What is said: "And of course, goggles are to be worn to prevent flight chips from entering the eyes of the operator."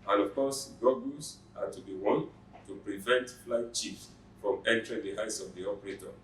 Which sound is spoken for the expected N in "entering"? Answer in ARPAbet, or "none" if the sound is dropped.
N